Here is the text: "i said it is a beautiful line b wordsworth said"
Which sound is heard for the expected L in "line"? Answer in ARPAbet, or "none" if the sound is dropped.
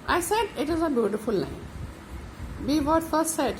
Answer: N